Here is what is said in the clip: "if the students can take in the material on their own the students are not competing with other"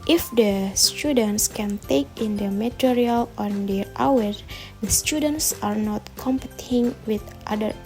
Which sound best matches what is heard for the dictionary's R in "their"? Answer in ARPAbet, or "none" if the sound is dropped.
W